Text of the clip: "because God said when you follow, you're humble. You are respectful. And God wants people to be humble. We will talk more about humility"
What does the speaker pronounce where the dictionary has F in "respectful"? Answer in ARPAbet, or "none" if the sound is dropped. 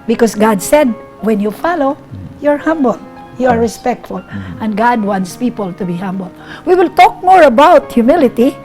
F